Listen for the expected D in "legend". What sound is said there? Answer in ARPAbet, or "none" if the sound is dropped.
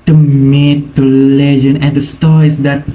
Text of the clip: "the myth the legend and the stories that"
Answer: none